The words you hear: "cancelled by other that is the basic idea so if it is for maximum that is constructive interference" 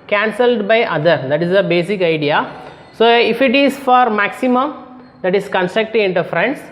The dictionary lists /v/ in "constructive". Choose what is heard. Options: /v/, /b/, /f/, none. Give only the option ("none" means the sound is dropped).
none